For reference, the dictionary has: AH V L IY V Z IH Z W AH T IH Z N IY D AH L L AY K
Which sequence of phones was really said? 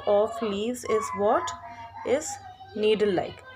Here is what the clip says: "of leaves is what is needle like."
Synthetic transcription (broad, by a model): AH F L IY Z IH Z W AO T IH Z N IY D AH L L AY K